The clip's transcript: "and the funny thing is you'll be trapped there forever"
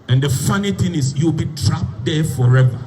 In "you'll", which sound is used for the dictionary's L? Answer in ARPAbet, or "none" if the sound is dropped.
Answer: W